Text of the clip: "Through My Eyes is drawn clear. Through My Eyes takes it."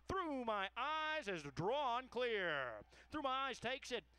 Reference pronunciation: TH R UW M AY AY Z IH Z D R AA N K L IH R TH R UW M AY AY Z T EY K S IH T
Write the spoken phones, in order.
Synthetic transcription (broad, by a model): TH R UW M AY AY Z IH Z D R AA N K L IH R TH R UW M AY AY Z T EY K S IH T